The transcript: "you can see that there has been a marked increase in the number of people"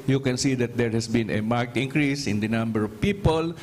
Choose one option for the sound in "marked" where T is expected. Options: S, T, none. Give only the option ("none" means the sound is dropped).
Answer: T